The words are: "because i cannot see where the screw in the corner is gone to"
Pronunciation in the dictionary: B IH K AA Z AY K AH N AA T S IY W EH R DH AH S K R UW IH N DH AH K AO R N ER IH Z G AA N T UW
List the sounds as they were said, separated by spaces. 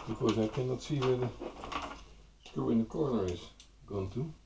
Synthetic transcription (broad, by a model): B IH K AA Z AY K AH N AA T S IY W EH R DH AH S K UW IH N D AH K AO R N ER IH S G AA N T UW